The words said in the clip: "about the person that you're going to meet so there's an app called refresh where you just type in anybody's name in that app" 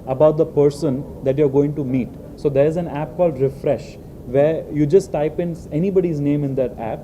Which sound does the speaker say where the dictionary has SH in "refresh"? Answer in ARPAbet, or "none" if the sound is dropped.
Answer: SH